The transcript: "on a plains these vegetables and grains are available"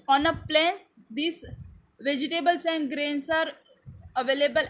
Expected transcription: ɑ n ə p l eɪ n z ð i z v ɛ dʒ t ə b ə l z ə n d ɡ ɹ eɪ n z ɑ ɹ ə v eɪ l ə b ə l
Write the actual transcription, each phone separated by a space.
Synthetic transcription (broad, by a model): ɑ n ə p l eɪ n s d i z v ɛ dʒ t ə b ə l s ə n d ɡ ɹ eɪ n s ɑ ɹ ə v eɪ l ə b ə l